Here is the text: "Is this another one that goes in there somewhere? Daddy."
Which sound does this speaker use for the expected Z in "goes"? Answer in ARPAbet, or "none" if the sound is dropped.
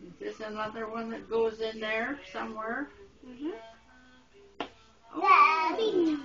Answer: Z